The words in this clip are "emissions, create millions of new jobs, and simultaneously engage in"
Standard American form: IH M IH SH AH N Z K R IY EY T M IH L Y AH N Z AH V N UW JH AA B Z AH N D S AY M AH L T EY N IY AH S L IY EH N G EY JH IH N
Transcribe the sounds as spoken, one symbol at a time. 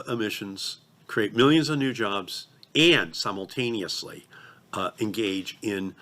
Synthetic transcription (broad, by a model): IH M IH SH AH N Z K R IY EY T M IH L Y AH N Z AH V N UW JH AA B Z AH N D S AY M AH L T EY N IY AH S L IY EH N G EY JH IH N